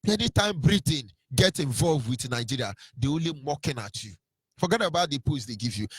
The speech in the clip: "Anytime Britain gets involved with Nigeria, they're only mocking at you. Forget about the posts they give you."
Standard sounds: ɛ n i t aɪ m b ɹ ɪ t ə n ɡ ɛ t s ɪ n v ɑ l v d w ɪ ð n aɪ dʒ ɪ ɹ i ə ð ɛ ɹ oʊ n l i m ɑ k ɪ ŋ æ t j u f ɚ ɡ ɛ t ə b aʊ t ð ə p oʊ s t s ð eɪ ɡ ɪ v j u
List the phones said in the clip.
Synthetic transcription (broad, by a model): ɛ n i t aɪ m b ɹ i t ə n ɡ ɛ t ɪ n v ɑ l v d w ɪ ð n aɪ dʒ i ɹ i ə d ɛ oʊ n l i m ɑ k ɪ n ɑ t j u f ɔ ɡ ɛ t ə b aʊ t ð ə p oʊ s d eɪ ɡ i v j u